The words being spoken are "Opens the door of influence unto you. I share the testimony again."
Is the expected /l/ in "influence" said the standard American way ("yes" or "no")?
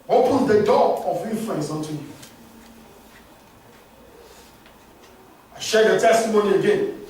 no